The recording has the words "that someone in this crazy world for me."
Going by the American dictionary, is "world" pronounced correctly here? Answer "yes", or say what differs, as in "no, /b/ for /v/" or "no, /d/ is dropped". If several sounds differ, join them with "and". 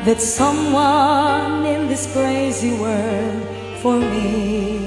no, /l/ is dropped